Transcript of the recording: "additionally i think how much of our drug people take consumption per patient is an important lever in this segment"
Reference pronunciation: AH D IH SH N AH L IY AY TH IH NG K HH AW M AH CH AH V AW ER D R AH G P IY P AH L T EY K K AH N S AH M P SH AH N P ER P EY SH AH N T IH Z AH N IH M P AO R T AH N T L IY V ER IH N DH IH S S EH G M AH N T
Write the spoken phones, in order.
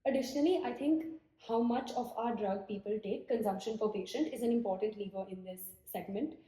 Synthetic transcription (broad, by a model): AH D IH SH N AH L IY AY T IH NG K HH AW M AH CH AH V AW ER D R AH G P IY P AH L T EY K K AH N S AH M P SH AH N F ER P EY SH AH N T IH Z AH N IH M P AO R T AH N T L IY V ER IH N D IH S S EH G M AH N T